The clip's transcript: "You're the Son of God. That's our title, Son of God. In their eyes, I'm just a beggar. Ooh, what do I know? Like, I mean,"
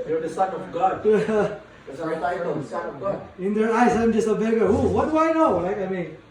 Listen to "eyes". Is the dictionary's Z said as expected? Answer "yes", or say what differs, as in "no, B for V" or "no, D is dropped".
no, S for Z